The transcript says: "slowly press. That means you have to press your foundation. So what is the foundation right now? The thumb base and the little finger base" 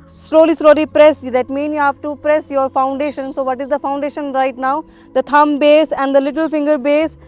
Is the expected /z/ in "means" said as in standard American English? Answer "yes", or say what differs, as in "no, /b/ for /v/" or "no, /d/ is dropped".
no, /z/ is dropped